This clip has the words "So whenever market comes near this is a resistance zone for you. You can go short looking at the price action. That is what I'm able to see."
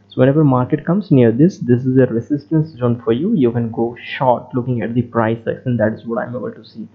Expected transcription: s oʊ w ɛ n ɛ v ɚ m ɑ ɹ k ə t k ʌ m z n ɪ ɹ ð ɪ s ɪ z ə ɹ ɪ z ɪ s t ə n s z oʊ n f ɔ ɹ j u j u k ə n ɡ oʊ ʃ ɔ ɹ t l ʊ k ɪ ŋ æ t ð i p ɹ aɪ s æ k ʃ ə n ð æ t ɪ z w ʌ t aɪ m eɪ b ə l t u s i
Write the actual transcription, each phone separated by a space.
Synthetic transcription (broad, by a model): s oʊ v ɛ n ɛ v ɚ m ɑ ɹ k ə t k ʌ m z n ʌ ɹ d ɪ s ɪ z ə ɹ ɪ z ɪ s t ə n s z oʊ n f ɔ ɹ j u j u k ə n ɡ oʊ ʃ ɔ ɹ t l ʊ k ɪ ŋ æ t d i p ɹ aɪ s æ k s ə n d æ t ɪ z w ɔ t aɪ m eɪ b ə l t u s i